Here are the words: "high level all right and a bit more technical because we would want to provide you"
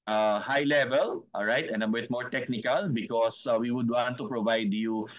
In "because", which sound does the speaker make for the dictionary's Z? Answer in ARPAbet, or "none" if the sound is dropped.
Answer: S